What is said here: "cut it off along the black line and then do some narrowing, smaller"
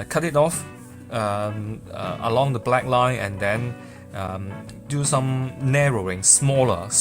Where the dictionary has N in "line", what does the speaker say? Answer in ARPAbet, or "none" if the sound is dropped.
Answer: N